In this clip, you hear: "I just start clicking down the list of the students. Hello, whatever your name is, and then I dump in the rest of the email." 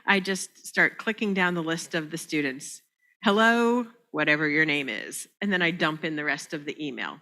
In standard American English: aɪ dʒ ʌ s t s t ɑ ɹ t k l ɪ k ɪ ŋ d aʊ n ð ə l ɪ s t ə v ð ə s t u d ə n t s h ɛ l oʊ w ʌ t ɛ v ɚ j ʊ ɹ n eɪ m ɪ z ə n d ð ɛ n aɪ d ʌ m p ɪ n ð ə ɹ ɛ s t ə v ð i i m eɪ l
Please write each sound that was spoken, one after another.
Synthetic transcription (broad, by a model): aɪ dʒ ʌ s t s t ɑ ɹ t k l ɪ k ɪ ŋ d aʊ n ð ə l ɪ s t ə v ð ə s t u d n t s h ɛ l oʊ w ʌ t ɛ v ɚ j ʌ ɹ n eɪ m ɪ z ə n ð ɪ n aɪ d ʌ m p ɪ n ð ə ɹ ɛ s t ə v ð i i m eɪ l